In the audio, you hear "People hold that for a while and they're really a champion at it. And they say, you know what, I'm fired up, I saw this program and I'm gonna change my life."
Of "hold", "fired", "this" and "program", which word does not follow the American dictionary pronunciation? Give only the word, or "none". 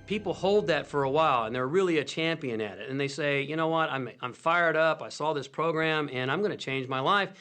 none